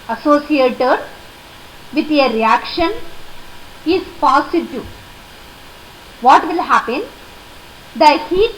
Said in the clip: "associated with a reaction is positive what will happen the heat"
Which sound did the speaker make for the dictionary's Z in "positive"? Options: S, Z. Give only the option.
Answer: S